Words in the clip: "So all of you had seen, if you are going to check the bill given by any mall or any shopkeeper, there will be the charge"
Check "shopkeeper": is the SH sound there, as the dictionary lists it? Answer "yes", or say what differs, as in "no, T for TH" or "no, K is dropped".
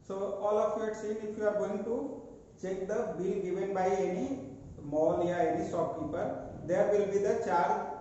no, S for SH